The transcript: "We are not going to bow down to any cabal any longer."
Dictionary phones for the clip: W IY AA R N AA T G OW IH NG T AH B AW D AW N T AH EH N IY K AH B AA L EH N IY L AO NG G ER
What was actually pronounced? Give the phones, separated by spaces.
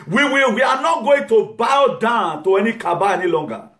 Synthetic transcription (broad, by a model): W IY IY W N AA T G OW IH NG T AH B AW D AW N T AH EH N IY K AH B AA EH N IY L AO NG G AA